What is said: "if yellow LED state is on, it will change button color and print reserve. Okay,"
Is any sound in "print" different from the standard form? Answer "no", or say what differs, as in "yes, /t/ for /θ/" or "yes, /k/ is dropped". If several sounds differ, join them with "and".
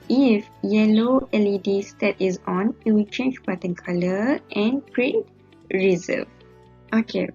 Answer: yes, /n/ is dropped